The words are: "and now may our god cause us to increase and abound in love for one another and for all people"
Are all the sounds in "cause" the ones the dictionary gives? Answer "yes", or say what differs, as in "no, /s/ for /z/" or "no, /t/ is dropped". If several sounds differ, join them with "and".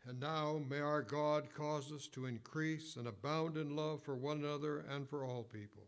yes